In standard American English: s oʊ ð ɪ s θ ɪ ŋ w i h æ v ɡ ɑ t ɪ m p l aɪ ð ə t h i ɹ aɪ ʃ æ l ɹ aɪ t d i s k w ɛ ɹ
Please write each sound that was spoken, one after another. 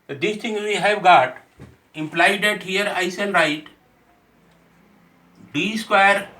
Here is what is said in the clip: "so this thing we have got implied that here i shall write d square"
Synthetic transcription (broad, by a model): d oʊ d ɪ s t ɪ ŋ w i h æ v ɡ ɑ t ɪ m p l aɪ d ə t h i ɹ aɪ s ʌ n ɹ aɪ t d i s k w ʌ ɹ